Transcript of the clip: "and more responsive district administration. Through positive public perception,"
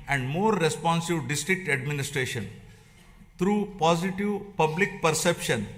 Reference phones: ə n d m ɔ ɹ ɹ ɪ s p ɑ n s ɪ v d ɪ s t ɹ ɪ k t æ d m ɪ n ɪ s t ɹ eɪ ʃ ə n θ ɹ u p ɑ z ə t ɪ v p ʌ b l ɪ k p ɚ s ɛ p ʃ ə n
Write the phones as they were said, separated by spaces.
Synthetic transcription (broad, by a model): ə n d m ɔ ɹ ɹ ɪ s p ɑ n s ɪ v d ɪ s t ɹ ɪ k t æ d m ɪ n ɪ s t ɹ eɪ ʃ ə n t ɹ u p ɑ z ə t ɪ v p ʌ b l ɪ k p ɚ s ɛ p ʃ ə n